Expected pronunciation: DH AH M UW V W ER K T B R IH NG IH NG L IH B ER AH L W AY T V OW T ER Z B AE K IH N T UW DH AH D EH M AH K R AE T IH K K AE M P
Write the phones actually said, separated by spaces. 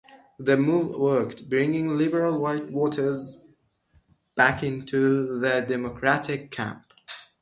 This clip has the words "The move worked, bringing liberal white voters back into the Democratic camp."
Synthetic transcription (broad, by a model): DH AH M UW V W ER K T B R IH NG IH NG L IH B ER AH L W AY T W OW T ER Z B AE K IH N T UW DH AH D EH M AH K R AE T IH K K AE M P